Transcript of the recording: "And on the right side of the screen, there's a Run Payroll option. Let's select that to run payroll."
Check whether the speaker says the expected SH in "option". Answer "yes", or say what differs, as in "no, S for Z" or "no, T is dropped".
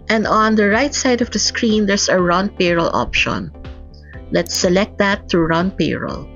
yes